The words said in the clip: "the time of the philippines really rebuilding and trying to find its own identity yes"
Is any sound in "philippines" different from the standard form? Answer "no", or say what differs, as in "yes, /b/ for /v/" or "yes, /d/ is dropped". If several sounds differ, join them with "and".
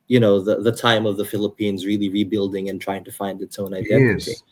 no